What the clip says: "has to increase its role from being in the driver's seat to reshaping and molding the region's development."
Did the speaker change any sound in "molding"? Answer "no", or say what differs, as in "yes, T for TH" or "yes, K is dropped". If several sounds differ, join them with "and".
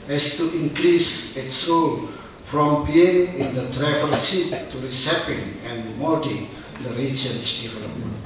yes, L is dropped